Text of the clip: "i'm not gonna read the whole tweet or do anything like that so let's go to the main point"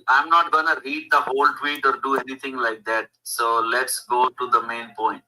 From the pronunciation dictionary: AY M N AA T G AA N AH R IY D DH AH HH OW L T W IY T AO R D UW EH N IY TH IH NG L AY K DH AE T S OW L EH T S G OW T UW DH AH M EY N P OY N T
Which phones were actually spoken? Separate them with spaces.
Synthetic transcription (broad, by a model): AY M N AA T G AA N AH R IY D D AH HH OW L T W IY T AO R D UW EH N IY T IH NG L AY K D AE T S OW L EH T S G OW T UW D AH M EY N P OY N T